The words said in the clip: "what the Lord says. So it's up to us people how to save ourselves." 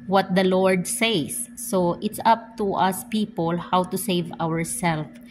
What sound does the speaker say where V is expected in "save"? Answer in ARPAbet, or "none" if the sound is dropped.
V